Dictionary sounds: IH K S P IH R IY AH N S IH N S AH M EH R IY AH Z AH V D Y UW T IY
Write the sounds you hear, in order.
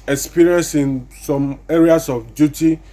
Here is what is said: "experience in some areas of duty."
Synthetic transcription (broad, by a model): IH K S P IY R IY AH N S IH N S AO M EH R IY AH S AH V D Y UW T IY